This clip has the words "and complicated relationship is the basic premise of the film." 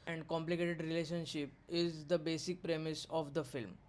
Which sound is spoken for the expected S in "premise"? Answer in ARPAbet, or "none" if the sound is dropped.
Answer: S